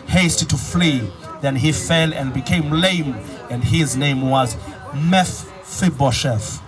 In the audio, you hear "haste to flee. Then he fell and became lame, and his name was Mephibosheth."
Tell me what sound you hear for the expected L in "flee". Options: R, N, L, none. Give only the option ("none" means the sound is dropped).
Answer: L